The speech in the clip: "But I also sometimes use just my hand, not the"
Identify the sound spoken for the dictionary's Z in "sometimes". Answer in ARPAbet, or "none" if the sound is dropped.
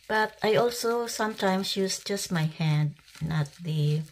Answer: S